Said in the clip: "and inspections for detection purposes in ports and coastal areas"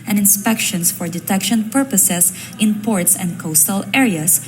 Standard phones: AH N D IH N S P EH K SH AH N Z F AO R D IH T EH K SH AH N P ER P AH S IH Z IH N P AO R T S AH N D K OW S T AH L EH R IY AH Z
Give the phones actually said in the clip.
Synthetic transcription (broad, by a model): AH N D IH N S P EH K SH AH N S F AO R D IH T EH K SH AH N P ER P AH S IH S IH N P AO R T S AH N D K OW S T AH L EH R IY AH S